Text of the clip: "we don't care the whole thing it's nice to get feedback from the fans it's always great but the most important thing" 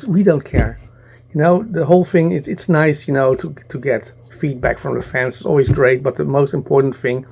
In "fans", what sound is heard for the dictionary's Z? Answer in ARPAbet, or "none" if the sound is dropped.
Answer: S